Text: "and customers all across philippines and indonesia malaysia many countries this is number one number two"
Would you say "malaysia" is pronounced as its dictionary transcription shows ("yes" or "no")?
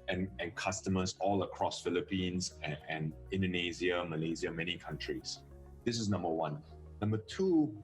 no